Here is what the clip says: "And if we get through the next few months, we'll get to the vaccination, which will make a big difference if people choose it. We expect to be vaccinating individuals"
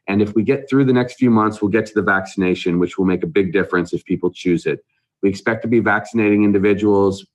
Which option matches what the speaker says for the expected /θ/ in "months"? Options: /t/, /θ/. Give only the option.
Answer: /θ/